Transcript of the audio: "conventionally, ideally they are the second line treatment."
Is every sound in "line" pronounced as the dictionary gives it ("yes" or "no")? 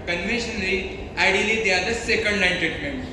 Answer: no